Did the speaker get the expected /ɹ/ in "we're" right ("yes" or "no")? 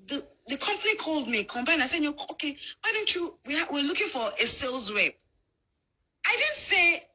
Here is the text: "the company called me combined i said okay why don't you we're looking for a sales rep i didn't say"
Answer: no